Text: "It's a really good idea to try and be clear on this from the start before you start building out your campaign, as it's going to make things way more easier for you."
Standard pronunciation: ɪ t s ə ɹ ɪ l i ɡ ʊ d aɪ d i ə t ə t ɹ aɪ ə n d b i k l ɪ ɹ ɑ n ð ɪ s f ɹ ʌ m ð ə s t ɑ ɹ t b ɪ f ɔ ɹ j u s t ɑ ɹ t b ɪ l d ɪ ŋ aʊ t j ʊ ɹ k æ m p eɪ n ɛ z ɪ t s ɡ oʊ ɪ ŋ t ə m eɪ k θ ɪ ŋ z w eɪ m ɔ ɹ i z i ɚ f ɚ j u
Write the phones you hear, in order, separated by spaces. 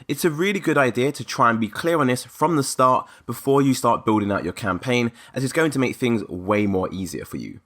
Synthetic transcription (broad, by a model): ɪ t s ə ɹ ɪ l i ɡ ʊ d aɪ d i ə t ə t ɹ aɪ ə n b i k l ɪ ɹ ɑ n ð ɪ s f ɹ ʌ m ð ə s t ɑ t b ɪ f ɔ j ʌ s t ɑ t b ɪ l d ɪ ŋ aʊ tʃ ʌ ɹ k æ m p eɪ n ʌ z ɪ t s ɡ oʊ ɪ ŋ t ə m eɪ k θ ɪ ŋ z w eɪ m ɔ ɹ i z i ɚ f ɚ j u